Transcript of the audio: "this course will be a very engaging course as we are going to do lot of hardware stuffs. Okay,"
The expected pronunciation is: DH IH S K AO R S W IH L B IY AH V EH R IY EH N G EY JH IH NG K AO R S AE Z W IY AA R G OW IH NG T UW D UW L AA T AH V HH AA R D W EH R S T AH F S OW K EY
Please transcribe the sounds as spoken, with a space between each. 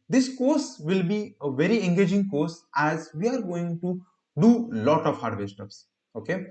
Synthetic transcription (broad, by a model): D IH S K AO R S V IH L B IY AH V EH R IY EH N G EY JH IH NG K AO R S AE Z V IY AA R G OW IH NG T UW D UW L AA T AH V HH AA R D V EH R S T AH P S OW K EY